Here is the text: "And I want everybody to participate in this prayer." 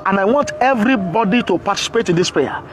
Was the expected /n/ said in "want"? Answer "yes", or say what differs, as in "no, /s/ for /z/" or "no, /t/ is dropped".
yes